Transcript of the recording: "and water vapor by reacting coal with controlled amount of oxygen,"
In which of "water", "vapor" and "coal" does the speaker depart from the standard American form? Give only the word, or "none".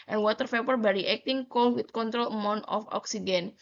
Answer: vapor